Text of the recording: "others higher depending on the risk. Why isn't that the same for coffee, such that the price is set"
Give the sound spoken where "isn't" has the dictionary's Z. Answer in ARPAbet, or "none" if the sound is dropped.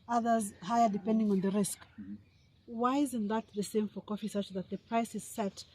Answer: Z